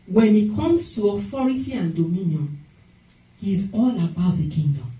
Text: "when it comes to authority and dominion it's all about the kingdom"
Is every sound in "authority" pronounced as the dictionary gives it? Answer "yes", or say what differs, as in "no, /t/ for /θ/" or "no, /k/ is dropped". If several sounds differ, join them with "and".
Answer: no, /f/ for /θ/